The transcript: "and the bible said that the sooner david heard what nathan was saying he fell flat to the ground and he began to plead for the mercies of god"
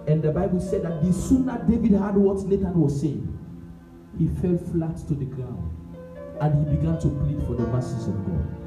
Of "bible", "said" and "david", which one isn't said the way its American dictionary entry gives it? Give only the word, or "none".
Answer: none